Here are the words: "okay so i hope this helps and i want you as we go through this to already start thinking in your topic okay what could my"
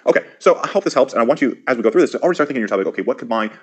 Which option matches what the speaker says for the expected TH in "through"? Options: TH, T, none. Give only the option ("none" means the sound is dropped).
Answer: TH